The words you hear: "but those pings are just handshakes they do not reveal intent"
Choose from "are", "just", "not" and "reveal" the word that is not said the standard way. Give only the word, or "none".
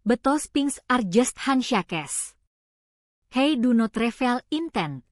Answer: reveal